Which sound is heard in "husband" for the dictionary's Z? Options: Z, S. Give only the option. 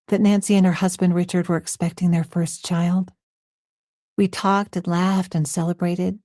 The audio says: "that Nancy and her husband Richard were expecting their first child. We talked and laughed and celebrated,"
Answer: Z